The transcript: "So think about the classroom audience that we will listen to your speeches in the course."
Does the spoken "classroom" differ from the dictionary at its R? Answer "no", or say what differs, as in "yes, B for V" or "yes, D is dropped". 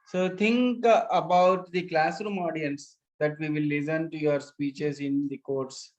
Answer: no